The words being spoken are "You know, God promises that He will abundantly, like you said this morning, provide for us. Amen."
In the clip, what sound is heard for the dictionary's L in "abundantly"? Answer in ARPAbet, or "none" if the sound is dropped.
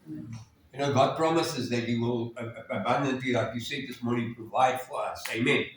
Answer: none